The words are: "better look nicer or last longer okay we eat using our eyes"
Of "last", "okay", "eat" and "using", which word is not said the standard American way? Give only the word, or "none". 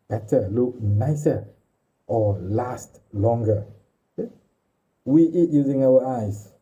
okay